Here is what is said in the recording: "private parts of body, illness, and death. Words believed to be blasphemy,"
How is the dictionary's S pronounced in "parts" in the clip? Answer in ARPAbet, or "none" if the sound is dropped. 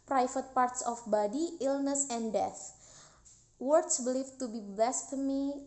S